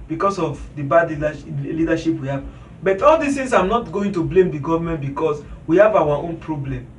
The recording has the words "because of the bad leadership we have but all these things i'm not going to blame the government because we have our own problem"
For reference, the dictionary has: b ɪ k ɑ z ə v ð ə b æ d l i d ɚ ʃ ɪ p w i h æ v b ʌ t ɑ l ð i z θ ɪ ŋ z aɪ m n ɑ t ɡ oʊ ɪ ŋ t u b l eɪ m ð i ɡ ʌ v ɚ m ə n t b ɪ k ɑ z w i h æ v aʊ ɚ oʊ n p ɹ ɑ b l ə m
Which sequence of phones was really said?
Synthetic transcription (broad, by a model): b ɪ k ɑ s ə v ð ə b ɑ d l i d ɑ ʃ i p w i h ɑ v b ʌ t ɑ l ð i s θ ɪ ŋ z aɪ m n ɑ t ɡ oʊ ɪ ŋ t u b l eɪ m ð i ɡ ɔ v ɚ m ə n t b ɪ k ɑ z w i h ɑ v aʊ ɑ oʊ n p ɹ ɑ b l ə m